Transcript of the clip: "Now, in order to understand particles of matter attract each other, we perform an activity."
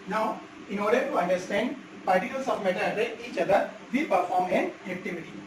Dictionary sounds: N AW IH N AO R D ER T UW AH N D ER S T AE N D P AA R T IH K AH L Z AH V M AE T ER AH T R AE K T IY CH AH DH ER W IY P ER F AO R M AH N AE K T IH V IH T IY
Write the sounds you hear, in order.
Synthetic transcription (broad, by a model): N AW IH N AO R D ER T UW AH N D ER S T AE N D P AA R T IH K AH L S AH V M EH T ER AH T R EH T IY CH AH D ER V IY P ER F AO R M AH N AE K T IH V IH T IY